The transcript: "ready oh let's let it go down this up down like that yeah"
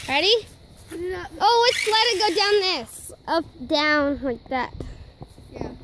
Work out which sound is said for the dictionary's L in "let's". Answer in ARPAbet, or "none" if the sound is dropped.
W